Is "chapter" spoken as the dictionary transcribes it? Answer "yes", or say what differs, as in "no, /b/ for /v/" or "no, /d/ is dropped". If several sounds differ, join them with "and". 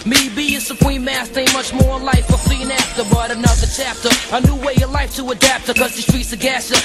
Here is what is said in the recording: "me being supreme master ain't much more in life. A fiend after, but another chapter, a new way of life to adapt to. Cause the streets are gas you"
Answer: yes